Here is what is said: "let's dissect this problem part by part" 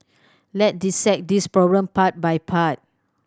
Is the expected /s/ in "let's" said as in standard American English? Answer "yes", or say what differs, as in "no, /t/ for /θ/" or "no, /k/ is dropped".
no, /s/ is dropped